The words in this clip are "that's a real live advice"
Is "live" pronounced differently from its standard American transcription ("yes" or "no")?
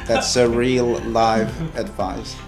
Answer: no